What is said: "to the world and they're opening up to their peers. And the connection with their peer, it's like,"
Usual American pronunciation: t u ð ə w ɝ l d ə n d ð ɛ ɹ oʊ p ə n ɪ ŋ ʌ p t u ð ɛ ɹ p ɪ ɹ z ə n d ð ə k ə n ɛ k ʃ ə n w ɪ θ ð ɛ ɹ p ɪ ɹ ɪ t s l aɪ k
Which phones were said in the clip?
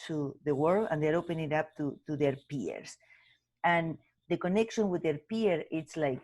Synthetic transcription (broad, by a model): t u ð ə w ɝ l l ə n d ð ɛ ɹ oʊ p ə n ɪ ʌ p t u ð ɛ ɹ p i ɹ s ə n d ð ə k ə n ɛ k ʃ ə n w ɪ ð ɛ ɹ p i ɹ ɪ t s l aɪ k